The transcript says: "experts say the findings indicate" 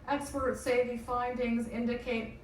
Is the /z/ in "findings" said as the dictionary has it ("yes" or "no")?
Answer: yes